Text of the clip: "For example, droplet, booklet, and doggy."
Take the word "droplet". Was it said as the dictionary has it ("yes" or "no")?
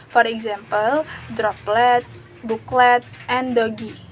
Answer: yes